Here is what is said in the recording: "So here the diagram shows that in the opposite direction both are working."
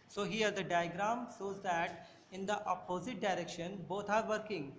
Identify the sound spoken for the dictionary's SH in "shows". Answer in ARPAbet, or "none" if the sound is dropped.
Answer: S